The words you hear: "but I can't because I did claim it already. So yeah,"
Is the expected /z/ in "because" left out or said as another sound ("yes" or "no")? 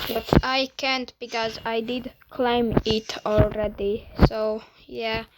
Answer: no